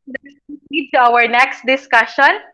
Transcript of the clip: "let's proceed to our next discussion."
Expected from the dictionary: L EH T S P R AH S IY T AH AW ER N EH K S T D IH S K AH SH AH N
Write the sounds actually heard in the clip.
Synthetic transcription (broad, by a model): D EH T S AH IY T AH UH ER N EH K S T D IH S K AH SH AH N